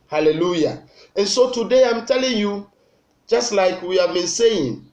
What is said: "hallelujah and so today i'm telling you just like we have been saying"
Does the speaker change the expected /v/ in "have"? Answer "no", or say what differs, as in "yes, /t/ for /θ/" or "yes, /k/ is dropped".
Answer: no